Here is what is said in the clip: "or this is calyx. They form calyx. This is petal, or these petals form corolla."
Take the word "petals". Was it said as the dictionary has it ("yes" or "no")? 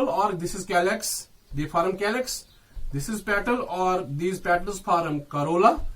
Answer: yes